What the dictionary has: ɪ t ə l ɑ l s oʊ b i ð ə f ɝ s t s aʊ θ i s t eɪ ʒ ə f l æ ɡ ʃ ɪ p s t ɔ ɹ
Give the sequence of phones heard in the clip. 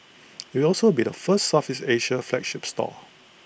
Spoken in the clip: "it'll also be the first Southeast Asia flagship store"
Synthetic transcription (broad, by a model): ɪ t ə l ɑ l s oʊ b i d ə f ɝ s t s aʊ f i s eɪ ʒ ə f l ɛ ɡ ʃ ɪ p s t ɔ